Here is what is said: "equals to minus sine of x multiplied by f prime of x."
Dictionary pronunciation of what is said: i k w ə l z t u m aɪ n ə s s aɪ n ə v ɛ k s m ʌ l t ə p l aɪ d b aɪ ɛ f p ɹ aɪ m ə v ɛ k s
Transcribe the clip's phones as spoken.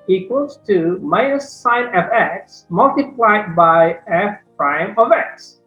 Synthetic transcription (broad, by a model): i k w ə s t u m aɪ ə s s aɪ n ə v ɛ k s m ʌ l t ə p l aɪ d b aɪ ɛ f p ɹ aɪ m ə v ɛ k s